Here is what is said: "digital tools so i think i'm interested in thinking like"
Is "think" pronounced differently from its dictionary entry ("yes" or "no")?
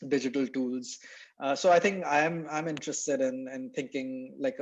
yes